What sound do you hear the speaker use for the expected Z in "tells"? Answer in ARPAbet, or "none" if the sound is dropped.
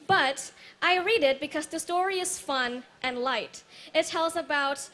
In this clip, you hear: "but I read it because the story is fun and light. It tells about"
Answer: Z